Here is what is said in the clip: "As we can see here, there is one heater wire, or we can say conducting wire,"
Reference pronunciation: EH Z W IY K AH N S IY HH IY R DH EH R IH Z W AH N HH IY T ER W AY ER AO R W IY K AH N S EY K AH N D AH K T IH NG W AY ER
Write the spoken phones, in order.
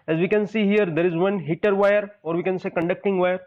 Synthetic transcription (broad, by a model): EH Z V IY K AH N S IY HH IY R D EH R IH Z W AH N HH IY T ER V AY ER AO R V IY K AH N S EY K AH N D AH K T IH NG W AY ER